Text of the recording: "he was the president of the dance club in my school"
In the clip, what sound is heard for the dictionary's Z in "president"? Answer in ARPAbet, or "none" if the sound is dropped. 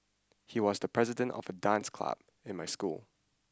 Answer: Z